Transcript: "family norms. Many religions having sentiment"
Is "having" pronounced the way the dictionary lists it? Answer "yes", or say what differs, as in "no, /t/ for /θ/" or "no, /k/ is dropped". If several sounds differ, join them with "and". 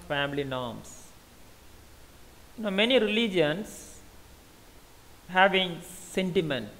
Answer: yes